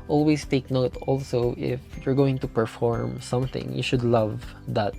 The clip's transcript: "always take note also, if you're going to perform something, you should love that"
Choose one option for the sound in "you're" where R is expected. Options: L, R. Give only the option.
R